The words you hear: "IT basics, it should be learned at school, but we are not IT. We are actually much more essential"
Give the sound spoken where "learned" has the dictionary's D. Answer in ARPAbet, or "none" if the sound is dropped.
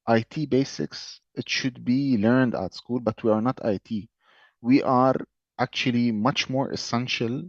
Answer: D